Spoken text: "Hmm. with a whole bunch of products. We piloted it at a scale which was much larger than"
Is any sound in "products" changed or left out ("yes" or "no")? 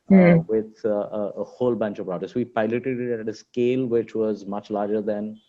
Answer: yes